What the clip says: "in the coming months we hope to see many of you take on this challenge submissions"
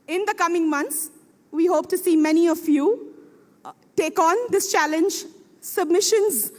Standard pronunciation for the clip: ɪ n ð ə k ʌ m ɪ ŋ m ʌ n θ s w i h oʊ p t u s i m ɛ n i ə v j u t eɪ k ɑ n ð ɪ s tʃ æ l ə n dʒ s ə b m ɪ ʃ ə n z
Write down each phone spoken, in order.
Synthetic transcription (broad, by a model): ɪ n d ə k ʌ m ɪ ŋ m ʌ n t s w i h oʊ p t u s i m ɛ n i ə f j u t eɪ k ɑ n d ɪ s tʃ æ l ə n dʒ s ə b m ɪ ʃ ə n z